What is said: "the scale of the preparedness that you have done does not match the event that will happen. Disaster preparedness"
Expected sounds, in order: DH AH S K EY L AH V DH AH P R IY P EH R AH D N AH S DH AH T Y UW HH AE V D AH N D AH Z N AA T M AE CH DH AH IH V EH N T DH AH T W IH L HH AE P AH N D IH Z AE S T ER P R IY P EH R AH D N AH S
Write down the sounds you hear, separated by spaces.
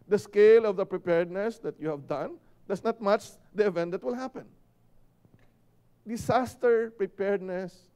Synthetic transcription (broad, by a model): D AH S K EY L AH V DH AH P R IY P EH R D N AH S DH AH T Y UW HH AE V D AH N D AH S N AA T M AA CH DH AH IH V EH N T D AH T W IH L HH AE P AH N D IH S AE S T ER P R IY P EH R D N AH S